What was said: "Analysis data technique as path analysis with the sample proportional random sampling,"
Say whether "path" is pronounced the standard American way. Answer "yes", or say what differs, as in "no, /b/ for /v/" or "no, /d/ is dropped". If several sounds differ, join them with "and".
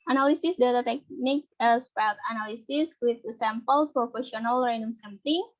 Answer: no, /t/ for /θ/